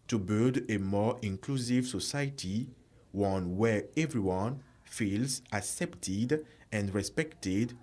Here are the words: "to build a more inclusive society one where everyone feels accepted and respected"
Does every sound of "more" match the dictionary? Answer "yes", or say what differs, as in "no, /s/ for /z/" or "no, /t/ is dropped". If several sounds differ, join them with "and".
yes